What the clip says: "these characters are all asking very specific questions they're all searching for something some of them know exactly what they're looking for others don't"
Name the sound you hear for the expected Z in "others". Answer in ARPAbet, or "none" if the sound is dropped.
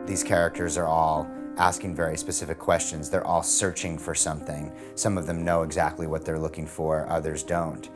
Z